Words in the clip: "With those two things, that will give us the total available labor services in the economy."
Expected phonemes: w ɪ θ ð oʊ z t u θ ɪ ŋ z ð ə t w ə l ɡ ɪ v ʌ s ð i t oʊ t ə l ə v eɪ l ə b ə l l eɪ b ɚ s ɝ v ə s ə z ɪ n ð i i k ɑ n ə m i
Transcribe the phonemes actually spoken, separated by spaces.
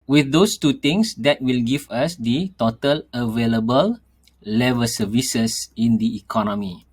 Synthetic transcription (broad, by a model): w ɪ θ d oʊ s t u t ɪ ŋ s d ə t w ə l ɡ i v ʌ s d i t oʊ t ə l ə v eɪ l ə b ə l l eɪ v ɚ s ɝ v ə s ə s ɪ n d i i k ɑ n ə m i